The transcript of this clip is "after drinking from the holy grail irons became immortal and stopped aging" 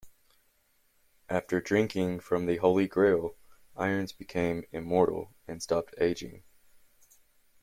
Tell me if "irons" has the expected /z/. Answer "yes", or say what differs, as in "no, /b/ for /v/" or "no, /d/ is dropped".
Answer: yes